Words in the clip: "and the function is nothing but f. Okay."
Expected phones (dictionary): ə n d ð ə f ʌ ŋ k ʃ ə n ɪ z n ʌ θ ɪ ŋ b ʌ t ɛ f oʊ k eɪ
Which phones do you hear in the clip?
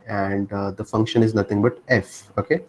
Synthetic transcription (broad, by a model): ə n d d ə f ʌ ŋ k ʃ ə n ɪ z n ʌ t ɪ ŋ b ʌ t ɛ f oʊ k eɪ